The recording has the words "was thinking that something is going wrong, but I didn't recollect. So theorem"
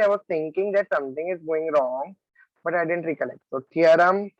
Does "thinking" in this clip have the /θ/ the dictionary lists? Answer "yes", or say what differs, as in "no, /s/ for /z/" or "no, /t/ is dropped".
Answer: no, /t/ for /θ/